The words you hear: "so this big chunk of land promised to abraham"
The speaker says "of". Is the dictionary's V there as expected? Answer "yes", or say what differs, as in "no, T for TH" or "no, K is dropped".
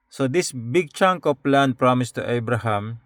no, P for V